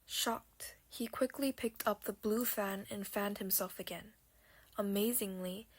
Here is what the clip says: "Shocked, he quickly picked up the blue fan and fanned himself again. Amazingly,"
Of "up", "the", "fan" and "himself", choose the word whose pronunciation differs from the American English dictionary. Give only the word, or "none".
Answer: none